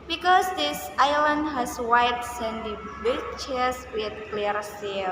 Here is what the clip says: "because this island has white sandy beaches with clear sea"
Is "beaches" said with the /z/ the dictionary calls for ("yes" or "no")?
no